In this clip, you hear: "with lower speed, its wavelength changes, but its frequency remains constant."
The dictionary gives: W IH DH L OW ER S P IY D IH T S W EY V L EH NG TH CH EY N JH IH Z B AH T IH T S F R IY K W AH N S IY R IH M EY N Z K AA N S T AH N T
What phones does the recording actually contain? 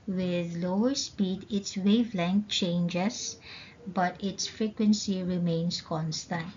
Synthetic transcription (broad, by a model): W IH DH L OW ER S P IY D IH T S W EY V L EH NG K CH EY N JH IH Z B AH T IH T S F R IY K W AH N S IY R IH M EY N S K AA N S T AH N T